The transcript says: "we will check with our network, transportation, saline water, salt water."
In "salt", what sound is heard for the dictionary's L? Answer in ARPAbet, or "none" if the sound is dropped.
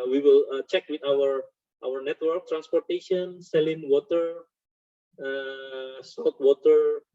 none